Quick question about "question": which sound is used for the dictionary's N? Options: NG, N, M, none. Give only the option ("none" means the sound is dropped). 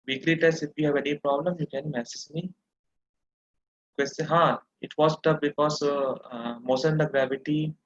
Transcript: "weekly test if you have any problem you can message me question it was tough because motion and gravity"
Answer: none